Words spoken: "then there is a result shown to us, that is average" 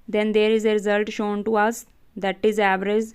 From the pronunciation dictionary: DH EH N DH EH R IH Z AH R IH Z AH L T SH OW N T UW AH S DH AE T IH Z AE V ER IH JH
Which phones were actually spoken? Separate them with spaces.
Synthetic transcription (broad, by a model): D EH N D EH R IH Z AH R IH Z AH L T SH OW N T UW AH S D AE T IH Z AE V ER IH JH